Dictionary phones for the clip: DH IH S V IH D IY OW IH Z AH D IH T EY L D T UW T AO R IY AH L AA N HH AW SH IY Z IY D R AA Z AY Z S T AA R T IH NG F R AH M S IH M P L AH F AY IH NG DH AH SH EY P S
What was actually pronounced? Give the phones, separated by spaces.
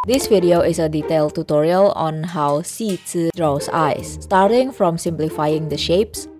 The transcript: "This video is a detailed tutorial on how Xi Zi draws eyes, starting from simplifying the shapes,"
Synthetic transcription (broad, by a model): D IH S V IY D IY OW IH S AH D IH T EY L T UW T AO R IY AH L AA N HH AW S IY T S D R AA S AY S T AA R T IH NG F R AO M S IH M P L AH F AY IH NG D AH SH EY P S